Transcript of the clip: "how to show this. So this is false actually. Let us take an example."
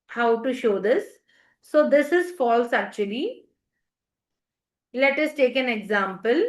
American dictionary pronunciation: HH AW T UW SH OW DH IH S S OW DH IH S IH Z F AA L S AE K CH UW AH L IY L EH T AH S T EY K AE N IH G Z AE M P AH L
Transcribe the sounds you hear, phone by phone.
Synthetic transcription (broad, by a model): HH AW T UW SH OW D IH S S OW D IH S IH Z F AA L S AE K CH UW AH L IY L EH T AH S T EY K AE N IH G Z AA M P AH L